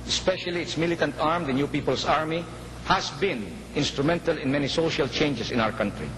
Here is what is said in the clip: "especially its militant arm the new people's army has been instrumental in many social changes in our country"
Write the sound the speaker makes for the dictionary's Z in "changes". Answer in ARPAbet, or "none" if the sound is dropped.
S